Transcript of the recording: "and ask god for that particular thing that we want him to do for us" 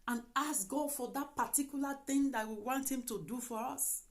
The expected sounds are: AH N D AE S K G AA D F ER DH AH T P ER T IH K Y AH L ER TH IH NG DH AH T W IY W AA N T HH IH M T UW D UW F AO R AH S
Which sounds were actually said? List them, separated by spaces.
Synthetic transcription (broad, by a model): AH N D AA S G AA D F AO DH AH T P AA T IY K Y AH L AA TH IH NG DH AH T W IY W AA N T HH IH M T UW D UW F AO R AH S